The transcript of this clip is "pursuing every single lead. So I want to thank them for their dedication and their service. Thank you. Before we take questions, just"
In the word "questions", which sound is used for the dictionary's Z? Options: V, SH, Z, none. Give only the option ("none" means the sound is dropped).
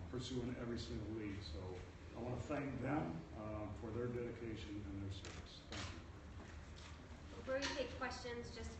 Z